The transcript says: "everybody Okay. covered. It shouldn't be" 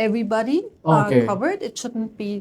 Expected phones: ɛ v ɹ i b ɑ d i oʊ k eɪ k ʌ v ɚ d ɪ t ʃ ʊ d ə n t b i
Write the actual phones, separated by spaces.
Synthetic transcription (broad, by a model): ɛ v ɹ i b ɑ d i oʊ k eɪ k ʌ v ɚ d ɪ t ʃ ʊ d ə n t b i